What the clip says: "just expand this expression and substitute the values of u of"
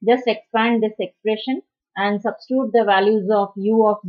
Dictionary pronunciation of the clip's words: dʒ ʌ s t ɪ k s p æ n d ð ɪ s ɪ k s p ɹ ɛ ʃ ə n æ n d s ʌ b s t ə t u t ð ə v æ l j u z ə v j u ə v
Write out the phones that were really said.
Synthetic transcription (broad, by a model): dʒ ʌ s t ɪ k s p æ n d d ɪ s ɪ k s p ɹ ɛ ʃ ə n æ n d s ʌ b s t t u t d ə v æ l j u z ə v j u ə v